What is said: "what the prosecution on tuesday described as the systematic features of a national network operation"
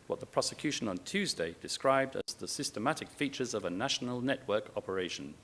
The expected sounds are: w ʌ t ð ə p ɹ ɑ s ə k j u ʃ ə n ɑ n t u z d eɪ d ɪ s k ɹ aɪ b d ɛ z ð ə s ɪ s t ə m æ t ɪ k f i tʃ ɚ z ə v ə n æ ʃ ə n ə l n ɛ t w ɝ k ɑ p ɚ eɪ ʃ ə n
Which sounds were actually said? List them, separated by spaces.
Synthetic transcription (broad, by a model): w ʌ t ð ə p ɹ ɑ s ə k j u ʃ ə n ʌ n t u z d eɪ d ɪ s k ɹ aɪ b d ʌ z ð ə s ɪ s t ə m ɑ t ɪ k f i tʃ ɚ z ə v ə n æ ʃ ə n ə l n ɛ t w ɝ k ɑ p ɚ eɪ ʃ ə n